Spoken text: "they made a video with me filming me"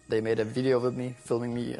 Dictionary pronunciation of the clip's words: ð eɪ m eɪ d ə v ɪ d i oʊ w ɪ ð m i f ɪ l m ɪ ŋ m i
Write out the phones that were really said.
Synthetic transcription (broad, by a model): ð eɪ m eɪ d ə v ɪ d i oʊ w ɪ ð m i f ɪ l m ɪ ŋ m i